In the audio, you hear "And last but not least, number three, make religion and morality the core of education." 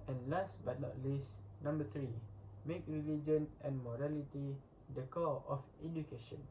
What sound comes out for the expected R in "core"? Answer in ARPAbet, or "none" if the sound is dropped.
L